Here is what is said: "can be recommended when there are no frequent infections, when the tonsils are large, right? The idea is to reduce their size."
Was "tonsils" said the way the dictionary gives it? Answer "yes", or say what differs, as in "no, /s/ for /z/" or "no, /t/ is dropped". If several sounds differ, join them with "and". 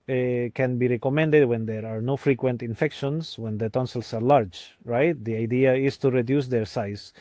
no, /s/ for /z/